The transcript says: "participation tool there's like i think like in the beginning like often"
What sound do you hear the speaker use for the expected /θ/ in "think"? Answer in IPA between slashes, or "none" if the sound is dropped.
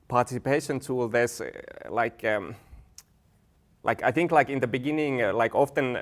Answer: /θ/